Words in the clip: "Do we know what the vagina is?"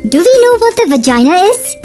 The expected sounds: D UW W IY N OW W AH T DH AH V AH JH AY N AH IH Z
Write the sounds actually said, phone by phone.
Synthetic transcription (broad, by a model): D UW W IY N OW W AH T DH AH V AH JH AY N AH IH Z